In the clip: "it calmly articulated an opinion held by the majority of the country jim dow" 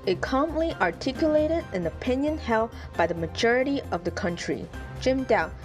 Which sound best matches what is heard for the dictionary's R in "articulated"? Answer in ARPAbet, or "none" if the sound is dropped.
R